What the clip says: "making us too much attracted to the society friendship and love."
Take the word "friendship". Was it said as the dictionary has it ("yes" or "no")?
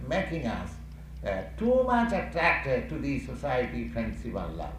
no